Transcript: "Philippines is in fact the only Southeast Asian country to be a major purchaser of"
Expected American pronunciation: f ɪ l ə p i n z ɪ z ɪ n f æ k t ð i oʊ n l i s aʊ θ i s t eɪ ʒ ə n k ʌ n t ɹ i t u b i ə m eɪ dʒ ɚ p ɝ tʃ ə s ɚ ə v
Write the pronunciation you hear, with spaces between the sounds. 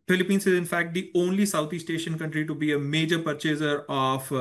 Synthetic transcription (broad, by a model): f ɪ l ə p i n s ɪ z ɪ n f æ k t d i oʊ n l i s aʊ t i s t eɪ ʃ ə n k ʌ n t ɹ i t u b i ə m eɪ dʒ ɚ p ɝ tʃ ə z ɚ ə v